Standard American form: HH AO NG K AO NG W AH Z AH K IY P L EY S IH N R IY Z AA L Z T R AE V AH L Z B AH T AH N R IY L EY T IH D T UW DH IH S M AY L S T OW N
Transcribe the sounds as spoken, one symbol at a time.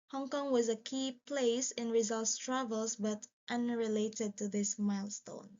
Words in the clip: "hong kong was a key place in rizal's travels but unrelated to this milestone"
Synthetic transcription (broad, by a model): HH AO NG K AO NG W AH Z AH K IY P L EY S IH N R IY Z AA L S T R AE V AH L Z B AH T AH N R IY L EY T IH D T UW DH IH S M AY L S T OW N